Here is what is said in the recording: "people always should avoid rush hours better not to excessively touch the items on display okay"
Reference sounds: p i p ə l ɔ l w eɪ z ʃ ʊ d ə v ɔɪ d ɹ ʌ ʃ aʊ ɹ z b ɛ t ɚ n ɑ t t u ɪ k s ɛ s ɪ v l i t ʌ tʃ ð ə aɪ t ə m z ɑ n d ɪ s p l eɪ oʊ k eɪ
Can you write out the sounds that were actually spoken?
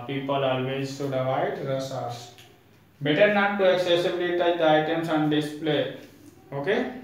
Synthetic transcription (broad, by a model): p i p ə l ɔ l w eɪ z s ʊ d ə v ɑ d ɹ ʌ s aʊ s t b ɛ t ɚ n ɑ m t u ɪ k s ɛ s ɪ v l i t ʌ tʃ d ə aɪ t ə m s ɑ n d ɪ s p l eɪ oʊ k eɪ